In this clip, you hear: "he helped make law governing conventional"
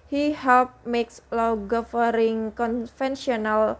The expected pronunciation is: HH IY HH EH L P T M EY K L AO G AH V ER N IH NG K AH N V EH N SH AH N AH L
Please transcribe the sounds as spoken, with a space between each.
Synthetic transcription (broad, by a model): HH IY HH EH L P M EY K L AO G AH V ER IH NG K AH N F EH N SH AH N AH L